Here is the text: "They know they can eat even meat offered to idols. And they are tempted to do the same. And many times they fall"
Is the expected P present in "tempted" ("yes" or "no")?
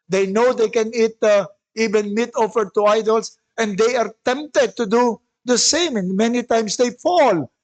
yes